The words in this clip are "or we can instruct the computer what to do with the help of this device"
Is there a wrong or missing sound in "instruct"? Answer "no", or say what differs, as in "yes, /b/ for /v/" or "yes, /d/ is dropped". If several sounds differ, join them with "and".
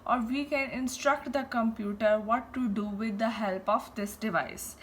no